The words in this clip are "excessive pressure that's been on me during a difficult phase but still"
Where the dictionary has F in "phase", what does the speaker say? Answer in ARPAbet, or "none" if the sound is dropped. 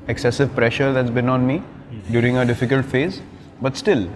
F